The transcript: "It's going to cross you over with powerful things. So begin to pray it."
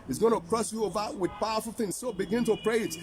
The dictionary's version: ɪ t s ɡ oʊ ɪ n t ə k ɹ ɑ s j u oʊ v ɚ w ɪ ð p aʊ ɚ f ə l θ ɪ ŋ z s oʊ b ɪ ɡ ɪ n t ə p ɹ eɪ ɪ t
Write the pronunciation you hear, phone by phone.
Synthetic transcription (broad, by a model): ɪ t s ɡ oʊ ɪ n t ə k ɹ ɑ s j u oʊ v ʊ w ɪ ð p aʊ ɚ f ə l θ ɪ ŋ z s oʊ b ɪ ɡ ɪ n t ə p ɹ eɪ ɪ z